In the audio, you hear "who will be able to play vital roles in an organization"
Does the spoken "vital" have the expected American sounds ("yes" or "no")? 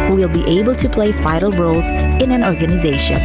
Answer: no